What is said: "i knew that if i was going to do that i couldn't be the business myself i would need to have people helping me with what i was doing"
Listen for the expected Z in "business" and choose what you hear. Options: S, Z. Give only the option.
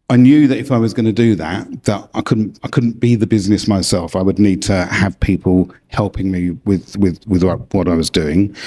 Z